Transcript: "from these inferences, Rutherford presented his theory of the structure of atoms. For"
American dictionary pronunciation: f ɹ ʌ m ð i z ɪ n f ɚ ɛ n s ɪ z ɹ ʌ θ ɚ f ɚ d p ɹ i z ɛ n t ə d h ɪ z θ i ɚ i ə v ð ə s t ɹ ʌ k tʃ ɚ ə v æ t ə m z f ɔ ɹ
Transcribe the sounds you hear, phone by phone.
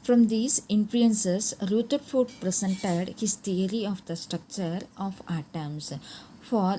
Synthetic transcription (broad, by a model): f ɹ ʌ m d i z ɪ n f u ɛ n s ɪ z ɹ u t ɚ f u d p ɹ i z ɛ n t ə d h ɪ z t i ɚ i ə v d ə s t ɹ ʌ k tʃ ɚ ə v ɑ t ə m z f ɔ ɹ